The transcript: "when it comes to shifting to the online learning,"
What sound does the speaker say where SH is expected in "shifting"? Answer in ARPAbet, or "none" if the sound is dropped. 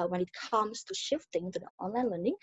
SH